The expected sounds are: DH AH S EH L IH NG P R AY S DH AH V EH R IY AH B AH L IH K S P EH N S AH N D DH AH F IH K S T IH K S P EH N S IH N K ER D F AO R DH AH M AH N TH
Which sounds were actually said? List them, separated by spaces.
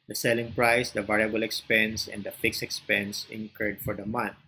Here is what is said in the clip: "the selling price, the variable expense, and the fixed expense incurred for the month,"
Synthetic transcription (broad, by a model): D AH S EH L IH NG P R AY S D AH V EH R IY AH B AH L IH K S P EH N S AH N D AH F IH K S IH K S P EH N S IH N K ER D F AO R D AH M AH N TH